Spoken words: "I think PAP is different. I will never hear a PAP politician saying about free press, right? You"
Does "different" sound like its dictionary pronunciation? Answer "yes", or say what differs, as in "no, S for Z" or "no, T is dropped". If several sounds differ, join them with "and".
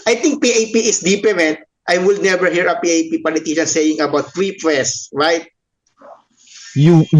no, P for F